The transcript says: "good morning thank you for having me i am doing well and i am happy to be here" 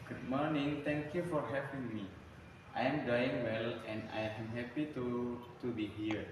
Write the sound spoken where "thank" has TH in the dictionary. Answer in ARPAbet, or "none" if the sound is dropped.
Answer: T